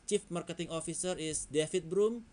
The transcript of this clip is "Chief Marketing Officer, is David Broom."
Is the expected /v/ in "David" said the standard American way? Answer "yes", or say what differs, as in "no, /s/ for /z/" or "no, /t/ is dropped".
no, /f/ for /v/